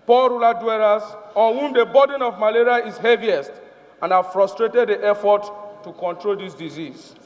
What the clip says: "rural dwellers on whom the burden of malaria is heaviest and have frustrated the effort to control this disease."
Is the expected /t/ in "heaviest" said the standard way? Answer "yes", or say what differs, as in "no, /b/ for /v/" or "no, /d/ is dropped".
yes